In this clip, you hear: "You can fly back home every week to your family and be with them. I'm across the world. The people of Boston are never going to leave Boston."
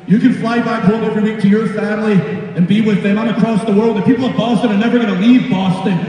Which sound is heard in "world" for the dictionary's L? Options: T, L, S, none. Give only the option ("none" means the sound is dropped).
L